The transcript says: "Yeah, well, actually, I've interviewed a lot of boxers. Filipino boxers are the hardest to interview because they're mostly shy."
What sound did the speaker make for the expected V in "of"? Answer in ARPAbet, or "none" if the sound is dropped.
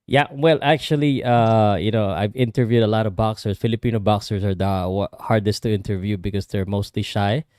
V